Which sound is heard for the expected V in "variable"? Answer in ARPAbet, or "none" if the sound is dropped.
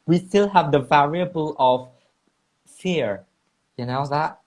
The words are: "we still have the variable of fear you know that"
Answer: V